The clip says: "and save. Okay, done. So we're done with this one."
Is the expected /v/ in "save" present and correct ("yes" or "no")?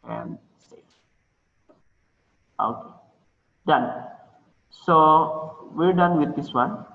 no